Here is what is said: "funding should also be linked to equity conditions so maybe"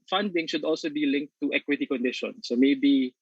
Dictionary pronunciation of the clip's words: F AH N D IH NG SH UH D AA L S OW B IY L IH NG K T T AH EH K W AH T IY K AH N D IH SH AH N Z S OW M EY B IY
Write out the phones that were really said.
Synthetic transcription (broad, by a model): F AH N D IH NG SH UH D AA L S OW B IY L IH NG K T T EH K W AH T IY K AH N D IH SH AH N S OW M EY B IY